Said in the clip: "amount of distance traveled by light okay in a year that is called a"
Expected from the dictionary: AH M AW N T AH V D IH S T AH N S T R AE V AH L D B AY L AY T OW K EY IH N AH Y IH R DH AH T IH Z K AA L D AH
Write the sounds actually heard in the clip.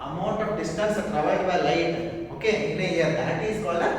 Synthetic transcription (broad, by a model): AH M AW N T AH D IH S T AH N S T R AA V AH D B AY L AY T OW K EY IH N AH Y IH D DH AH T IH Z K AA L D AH